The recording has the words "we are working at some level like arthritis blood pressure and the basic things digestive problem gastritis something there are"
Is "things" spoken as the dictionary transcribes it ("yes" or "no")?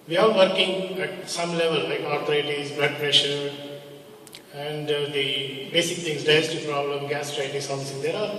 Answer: no